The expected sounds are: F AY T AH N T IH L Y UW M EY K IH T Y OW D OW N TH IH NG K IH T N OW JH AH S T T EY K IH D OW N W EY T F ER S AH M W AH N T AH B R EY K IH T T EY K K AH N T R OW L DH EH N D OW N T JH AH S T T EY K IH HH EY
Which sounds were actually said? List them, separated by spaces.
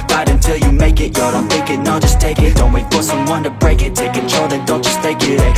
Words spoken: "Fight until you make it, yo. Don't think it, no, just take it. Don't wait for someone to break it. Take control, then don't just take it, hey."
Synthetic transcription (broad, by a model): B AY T AH N T IH L Y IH M EY K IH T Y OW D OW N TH IH K IH T N OW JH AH S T T EY K IH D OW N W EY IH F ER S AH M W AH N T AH B R EY K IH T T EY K K AH N T R OW L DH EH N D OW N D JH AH S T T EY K IH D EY